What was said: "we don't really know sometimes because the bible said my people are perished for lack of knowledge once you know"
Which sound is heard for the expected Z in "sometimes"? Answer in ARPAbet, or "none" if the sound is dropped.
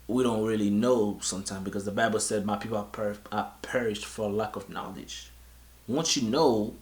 none